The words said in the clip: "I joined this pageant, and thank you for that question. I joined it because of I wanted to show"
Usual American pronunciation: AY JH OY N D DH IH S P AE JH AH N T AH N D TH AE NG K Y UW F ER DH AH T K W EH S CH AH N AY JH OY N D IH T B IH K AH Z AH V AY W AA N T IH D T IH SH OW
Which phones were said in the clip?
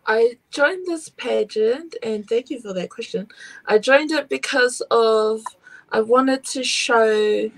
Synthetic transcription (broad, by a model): AY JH OY N DH IH S P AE JH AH N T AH N TH AE NG K Y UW F ER DH AH T K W EH S CH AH N AY JH OY N D IH T B IH K AH Z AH V AY W AA N T IH D T IH SH OW